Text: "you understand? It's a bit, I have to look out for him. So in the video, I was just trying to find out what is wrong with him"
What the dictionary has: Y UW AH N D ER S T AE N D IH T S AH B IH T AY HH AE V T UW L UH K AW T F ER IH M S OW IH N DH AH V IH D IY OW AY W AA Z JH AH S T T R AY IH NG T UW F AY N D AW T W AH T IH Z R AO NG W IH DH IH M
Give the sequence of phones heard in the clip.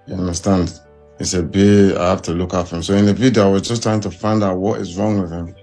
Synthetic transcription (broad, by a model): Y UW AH N D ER S T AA N D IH S AH B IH AY HH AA F T UW L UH K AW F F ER IH M S OW IH N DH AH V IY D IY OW AY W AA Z JH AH S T T R AY IH NG T UW F AY N D AW T W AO T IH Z R AO NG W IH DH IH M